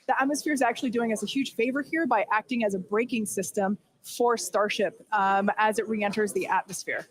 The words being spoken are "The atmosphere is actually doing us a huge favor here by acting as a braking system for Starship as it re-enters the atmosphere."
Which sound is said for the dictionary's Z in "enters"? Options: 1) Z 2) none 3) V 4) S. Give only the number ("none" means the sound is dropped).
1